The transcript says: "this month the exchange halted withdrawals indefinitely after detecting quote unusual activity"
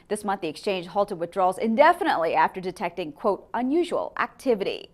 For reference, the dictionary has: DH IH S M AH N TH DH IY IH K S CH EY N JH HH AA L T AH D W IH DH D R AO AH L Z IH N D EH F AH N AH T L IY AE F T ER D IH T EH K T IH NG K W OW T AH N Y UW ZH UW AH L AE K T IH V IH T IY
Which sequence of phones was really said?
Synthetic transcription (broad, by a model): DH IH S M AH N TH DH IY IH K S CH EY N JH HH AA L T AH D W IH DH D R AO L Z IH N D EH F AH N AH T L IY AE F T ER D IH T EH K T IH NG K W OW T AH N Y UW ZH UW AH L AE K T IH V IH T IY